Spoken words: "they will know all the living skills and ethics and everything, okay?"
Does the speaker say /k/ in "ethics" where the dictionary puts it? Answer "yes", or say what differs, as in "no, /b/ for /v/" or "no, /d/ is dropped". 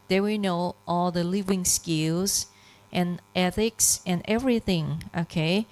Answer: yes